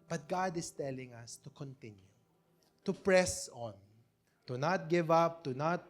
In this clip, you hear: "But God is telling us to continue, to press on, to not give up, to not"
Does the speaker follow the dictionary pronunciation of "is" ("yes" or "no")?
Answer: no